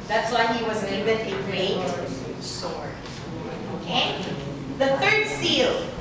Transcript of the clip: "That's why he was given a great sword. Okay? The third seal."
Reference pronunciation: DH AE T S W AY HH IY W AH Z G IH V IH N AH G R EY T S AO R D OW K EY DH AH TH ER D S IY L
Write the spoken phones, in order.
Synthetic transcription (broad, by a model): DH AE T S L AY HH IY W AH Z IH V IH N AH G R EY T S AO R OW K EY DH AH TH ER D S IY L